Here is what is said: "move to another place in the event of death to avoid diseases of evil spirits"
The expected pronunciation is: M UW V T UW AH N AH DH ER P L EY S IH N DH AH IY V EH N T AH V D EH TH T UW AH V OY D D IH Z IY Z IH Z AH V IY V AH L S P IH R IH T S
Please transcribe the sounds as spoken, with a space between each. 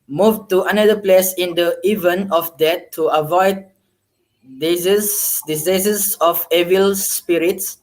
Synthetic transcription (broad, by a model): M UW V T UW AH N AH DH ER P L EY S IH N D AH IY V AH N AH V D EH T UW AH V OY D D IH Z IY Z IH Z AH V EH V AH L S P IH R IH T S